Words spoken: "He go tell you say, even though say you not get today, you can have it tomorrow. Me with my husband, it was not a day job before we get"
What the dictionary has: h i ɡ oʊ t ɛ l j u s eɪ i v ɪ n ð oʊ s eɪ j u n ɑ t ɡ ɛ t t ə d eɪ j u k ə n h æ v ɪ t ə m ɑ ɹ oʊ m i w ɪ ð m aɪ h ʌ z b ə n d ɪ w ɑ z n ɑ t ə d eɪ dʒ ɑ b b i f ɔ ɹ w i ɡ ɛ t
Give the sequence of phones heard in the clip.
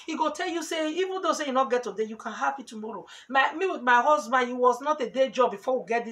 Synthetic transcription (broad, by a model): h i ɡ oʊ t ɛ l j u s eɪ i v ɪ n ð oʊ s eɪ j u n ɑ t ɡ ɛ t t ə d eɪ j u k ə n h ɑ p ɪ t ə m ɑ ɹ oʊ m i w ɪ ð m aɪ h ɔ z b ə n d ɪ w ɑ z n ɑ t ə d eɪ dʒ ɑ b b i f ɔ w i ɡ ɛ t